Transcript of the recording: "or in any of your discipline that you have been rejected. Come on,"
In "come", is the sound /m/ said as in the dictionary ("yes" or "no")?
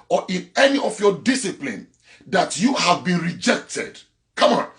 yes